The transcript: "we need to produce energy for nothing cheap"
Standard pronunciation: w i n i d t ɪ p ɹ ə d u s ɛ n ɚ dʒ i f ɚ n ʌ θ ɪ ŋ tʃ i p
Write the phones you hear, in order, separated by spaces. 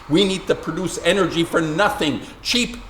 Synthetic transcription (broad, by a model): w i n i d t ɪ p ɹ ə d u s ɛ n ɚ dʒ i f ɚ n ʌ θ ɪ ŋ tʃ i p